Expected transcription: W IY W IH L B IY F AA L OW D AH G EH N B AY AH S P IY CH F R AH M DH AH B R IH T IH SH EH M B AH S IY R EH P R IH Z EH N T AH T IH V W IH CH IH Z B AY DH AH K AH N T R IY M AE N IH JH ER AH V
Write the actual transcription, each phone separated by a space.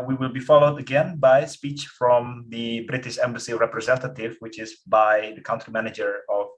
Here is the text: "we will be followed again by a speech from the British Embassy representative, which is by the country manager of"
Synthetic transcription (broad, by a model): W IY W IH L B IY F AA L OW D AH G EH N B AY AH S P IY CH F R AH M DH AH B R IH T IH SH EH M B AH S IY R EH P R IH Z EH N T AH T IH V W IH CH IH Z B AY DH AH K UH N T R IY M AE N IH JH ER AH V